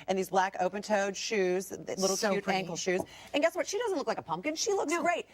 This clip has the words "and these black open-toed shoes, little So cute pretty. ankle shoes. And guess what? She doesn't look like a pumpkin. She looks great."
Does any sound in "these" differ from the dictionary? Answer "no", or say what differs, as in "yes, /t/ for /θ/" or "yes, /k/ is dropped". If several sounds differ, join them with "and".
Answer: no